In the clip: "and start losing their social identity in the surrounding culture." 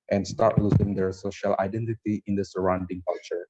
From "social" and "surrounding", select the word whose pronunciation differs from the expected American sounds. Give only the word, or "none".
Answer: none